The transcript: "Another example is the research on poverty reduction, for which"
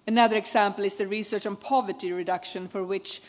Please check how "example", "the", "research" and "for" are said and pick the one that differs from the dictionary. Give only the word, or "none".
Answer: example